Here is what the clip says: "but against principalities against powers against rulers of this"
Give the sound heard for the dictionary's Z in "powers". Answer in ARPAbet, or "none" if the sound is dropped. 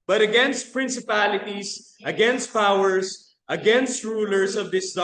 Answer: S